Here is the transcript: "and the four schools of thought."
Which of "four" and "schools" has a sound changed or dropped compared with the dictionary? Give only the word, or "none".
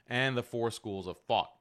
none